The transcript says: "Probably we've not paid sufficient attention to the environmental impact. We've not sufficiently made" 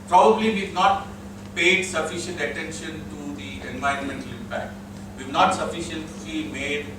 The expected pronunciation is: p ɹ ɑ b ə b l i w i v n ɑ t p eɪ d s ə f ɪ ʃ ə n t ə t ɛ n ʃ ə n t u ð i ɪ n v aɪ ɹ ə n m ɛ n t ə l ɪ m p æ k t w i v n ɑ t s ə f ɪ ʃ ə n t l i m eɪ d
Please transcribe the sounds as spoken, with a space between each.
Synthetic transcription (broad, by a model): p ɹ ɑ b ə b l i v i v n ɑ t p eɪ d s ə f ɪ ʃ ə n t ə t ɛ n ʃ ə n t u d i ɪ n v aɪ ɹ ə n m ɛ n t ə l ɪ m p æ k t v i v n ɑ t s ə f ɪ ʃ ə n t l i m eɪ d